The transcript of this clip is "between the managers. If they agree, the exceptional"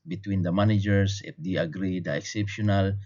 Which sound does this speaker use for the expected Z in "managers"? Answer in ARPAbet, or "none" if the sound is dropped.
S